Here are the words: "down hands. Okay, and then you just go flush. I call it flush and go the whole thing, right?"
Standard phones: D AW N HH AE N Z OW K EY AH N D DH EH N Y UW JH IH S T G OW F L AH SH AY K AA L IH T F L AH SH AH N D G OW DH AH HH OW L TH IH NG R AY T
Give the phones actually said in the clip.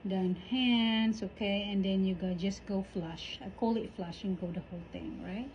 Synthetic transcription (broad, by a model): D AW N HH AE N S OW K EY AH N D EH N Y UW JH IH S G OW F L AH SH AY K AA L IH T F L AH SH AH N G OW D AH HH OW L T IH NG R AY T